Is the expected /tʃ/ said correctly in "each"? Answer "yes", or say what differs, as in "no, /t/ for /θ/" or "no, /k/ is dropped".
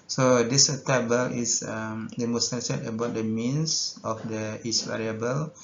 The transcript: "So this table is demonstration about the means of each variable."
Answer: no, /s/ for /tʃ/